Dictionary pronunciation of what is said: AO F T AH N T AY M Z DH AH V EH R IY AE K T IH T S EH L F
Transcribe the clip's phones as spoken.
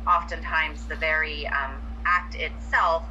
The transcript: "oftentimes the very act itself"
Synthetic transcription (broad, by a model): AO F T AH N T AY M Z DH AH V EH R IY AE K T IH T S EH L F